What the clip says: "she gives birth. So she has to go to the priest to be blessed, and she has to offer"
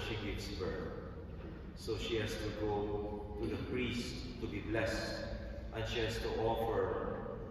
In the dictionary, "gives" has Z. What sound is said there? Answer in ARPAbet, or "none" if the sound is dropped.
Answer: S